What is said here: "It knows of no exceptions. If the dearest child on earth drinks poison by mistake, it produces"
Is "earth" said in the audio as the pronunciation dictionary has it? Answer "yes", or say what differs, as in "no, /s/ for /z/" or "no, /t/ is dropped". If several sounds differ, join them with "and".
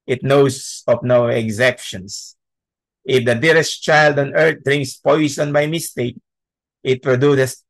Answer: no, /t/ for /θ/